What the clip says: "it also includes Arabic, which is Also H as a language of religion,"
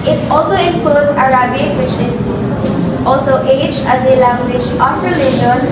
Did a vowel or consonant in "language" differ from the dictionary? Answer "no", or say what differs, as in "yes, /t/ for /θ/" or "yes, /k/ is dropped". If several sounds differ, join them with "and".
yes, /tʃ/ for /dʒ/